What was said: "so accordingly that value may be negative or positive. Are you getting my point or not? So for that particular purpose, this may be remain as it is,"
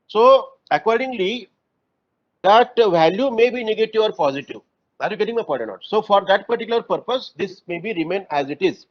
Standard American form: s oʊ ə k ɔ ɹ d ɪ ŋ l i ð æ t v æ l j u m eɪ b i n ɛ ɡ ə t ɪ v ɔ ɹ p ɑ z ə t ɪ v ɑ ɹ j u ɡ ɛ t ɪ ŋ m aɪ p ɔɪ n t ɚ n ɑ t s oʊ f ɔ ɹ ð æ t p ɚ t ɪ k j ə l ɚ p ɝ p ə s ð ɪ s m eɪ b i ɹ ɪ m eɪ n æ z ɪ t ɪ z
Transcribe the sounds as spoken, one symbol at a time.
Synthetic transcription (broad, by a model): s oʊ ə k ɔ ɹ d ɪ ŋ l i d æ t v æ l j u m eɪ b i n ɛ ɡ ə t ɪ v ɔ ɹ p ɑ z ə t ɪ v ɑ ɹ j u ɡ ɛ t ɪ ŋ m aɪ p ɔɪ t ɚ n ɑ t s oʊ f ɔ ɹ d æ t p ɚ t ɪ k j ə l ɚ p ɝ p ə s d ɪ s m eɪ b i ɹ ɪ m eɪ n æ z ɪ t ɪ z